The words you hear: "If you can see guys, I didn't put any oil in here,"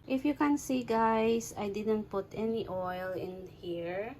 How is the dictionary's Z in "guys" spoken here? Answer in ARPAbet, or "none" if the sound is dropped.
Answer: S